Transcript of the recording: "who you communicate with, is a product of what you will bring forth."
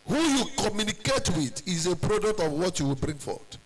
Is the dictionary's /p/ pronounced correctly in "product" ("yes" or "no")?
yes